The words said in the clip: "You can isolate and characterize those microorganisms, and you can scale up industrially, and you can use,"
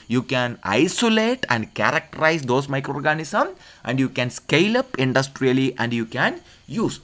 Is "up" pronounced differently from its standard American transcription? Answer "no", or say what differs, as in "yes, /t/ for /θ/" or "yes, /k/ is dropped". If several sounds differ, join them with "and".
no